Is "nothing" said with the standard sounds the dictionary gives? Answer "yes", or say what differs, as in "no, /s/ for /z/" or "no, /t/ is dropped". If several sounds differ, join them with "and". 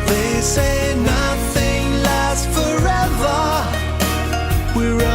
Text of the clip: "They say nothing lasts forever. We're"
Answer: yes